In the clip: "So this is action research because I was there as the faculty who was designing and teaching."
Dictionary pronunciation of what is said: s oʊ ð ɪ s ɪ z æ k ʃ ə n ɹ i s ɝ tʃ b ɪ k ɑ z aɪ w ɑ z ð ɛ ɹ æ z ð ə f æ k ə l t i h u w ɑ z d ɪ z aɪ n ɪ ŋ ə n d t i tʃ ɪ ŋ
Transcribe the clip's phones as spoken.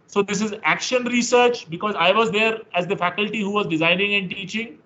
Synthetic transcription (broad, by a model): s oʊ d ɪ s ɪ z æ k ʃ ə n ɹ i s ɝ tʃ b ɪ k ɑ z aɪ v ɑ z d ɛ ɹ æ z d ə f æ k ə l t i h u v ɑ z d ɪ z aɪ n ɪ ŋ ə n d t i tʃ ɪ ŋ